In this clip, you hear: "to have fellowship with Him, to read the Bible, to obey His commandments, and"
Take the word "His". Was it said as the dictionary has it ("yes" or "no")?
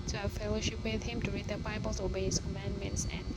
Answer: no